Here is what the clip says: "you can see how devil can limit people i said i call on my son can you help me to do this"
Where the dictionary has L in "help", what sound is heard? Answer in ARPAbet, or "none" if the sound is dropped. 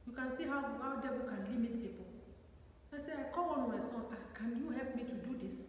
L